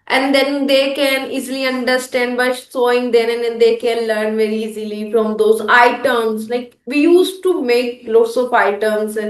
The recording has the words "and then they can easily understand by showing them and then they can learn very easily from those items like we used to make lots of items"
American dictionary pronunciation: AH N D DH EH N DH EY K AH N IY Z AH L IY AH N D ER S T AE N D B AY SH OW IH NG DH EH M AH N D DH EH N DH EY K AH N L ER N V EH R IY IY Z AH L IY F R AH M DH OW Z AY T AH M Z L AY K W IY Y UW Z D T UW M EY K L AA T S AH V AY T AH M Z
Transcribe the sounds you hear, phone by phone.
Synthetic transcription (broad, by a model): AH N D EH N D EY K AH N IY Z AH L IY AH N D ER S T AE N D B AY S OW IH NG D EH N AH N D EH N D EY K AH N L ER N V EH R IY IY Z AH L IY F R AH M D OW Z AY T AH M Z L AY K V IY Y UW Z T UW M EY K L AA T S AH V AY T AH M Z